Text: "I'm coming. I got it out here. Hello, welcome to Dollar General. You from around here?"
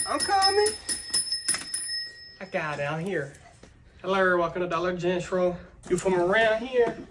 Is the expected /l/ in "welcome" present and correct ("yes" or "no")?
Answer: no